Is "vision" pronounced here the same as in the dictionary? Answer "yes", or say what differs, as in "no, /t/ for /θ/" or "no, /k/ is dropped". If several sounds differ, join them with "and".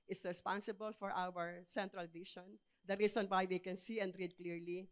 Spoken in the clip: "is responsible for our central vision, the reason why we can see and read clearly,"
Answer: no, /ʃ/ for /ʒ/